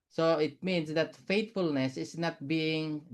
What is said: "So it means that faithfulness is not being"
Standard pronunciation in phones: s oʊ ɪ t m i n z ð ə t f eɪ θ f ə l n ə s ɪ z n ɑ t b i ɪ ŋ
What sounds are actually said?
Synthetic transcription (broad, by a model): s oʊ ɪ t m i n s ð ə t f eɪ t f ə l n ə s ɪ s n ɑ t b i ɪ ŋ